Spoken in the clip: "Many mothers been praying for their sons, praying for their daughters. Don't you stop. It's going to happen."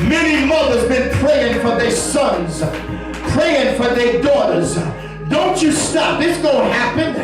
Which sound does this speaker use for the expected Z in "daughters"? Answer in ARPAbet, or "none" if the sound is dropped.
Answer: Z